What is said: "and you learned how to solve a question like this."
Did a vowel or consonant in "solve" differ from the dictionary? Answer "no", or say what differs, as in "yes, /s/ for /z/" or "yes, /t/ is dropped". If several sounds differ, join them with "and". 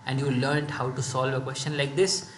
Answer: no